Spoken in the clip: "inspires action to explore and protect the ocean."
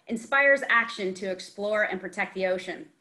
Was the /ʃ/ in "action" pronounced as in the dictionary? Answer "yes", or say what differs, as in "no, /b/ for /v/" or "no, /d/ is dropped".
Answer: yes